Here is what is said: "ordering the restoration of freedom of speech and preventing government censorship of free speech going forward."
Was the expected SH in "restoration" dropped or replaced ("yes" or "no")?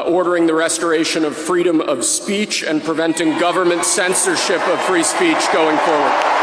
no